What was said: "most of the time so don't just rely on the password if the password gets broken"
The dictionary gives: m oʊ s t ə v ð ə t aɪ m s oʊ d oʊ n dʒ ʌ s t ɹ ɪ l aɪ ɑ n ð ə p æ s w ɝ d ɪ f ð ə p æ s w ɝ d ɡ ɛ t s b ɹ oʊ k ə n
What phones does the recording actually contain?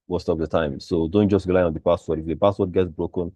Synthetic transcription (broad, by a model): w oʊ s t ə p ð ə t aɪ m s oʊ d oʊ n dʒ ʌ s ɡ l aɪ ɑ n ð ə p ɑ s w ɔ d ɪ f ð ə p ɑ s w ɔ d ɡ ɛ t s b ɹ oʊ k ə n